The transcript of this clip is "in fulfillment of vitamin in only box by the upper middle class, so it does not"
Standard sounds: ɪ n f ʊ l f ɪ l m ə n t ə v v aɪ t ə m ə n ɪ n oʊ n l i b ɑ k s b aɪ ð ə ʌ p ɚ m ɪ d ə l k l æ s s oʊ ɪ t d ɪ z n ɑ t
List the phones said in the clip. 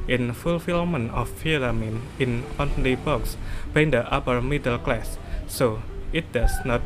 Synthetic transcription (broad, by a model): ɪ n f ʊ l f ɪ l m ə n ə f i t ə m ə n ɪ n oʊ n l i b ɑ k s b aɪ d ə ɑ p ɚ m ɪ d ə l k l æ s s oʊ ɪ t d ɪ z n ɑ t